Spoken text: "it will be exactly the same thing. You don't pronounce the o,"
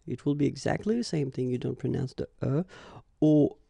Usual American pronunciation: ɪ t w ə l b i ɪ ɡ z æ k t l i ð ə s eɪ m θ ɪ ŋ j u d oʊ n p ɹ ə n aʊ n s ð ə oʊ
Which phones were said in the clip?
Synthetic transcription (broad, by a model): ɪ t w ə l b i ɪ ɡ z æ k t l i ð ə s eɪ m θ ɪ ŋ j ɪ d oʊ n p ɹ ə n aʊ n s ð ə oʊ